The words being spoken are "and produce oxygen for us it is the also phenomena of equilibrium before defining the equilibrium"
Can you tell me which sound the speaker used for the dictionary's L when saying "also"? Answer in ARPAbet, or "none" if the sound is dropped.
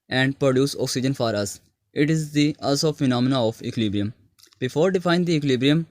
none